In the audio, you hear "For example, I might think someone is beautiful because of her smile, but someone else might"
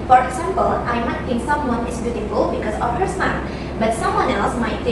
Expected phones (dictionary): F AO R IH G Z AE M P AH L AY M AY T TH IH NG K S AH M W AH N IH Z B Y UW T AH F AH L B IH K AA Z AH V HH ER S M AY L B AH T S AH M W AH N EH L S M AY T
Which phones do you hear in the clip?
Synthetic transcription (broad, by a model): F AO R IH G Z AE M P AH L AY M AY T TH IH NG K S AH M W AH N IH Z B Y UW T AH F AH L B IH K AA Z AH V HH ER S AY N B AH T S AH M W AH N EH L S M AY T